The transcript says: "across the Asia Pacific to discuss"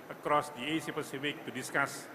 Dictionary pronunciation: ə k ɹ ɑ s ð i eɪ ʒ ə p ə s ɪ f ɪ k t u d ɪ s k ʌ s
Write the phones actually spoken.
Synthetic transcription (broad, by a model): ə k ɹ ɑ s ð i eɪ s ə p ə s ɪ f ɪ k t u d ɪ s k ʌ s